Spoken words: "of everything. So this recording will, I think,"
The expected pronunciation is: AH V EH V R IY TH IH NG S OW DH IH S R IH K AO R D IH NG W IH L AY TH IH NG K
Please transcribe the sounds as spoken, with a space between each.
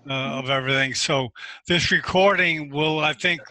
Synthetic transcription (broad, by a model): AH V EH V R IY TH IH NG S OW DH IH S R IH K AO R D IH NG W IH L AY TH IH NG K